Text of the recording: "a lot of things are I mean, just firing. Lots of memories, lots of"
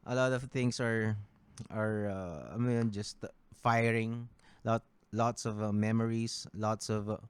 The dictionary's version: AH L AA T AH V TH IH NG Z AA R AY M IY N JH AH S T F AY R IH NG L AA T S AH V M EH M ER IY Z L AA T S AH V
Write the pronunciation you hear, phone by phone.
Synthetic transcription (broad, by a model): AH L AA T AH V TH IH NG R AA R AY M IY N JH AH S T F AY R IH NG L AA T S AH V M EH M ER IY S L AA T S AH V